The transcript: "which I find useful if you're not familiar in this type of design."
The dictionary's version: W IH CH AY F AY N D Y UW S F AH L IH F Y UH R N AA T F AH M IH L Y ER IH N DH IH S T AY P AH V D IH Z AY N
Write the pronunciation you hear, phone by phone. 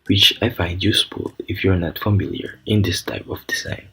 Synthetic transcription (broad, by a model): W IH CH AY F AY N D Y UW S P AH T IH F Y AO R N AA T F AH M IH L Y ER IH N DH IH S T AY P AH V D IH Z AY N